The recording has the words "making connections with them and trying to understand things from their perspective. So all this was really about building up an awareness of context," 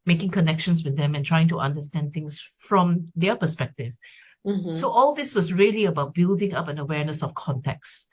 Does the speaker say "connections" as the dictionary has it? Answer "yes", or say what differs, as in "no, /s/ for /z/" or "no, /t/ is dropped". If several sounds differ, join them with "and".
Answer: no, /s/ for /z/